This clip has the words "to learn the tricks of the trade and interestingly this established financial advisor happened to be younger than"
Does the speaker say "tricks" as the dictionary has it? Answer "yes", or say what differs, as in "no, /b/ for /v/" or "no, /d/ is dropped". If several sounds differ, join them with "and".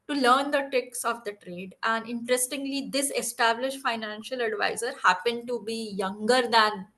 no, /ɹ/ is dropped